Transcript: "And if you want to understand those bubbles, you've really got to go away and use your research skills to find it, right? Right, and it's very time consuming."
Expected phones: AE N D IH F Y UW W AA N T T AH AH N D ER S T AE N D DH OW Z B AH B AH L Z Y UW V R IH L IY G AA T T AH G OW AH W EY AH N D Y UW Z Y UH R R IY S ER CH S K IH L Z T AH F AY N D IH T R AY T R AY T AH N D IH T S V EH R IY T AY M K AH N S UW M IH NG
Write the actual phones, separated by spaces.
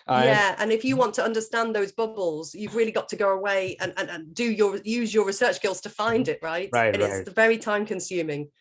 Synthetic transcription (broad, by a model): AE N IH F Y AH W AA N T T AH AH N D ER S T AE N DH OW Z B AH B AH L Z Y UW V R IH L IY G AA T T AH G OW AH W EY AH N D Y UW Z Y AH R R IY S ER CH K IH L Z T AH F AY N D IH T R AY T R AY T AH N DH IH V EH R IY T AY M K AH N S UW M IH NG